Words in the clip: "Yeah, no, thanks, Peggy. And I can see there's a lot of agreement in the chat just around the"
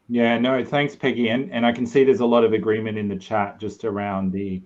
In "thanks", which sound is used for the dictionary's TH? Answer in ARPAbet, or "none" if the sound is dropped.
TH